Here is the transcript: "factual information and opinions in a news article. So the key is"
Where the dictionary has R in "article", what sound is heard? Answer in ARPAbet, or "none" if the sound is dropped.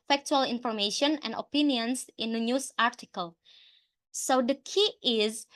R